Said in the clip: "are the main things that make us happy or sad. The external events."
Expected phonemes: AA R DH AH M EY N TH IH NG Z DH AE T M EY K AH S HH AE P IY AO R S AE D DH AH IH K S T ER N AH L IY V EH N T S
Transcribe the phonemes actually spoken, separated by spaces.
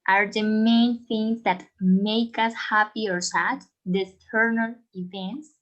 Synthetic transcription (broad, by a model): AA R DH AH M EY N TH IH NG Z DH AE T M EY K AH S HH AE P IY AO R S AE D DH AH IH S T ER N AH L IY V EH N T S